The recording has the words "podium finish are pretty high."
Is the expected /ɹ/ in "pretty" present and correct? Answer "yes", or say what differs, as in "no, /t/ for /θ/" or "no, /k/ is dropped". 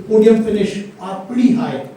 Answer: no, /ɹ/ is dropped